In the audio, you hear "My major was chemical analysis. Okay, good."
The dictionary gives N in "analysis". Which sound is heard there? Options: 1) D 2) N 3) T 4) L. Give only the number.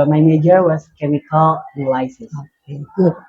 4